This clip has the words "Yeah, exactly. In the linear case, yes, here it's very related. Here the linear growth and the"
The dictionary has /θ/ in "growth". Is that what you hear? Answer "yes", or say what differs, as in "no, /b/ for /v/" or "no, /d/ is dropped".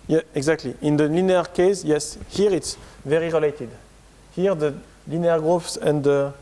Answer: no, /s/ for /θ/